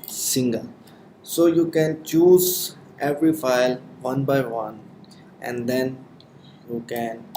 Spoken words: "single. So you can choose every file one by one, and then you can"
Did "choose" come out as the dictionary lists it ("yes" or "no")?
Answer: yes